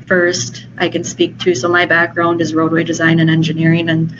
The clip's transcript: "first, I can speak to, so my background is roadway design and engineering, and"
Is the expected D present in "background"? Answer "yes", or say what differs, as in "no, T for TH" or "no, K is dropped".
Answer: yes